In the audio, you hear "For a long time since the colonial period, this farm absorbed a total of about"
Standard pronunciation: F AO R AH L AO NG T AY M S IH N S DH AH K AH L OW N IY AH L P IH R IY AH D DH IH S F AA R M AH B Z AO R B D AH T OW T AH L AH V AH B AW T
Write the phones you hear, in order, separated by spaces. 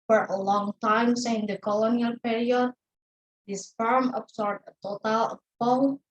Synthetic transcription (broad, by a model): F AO R AH L AO NG T AY M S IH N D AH K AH L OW N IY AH L P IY R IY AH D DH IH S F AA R M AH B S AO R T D AH T OW T AH L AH P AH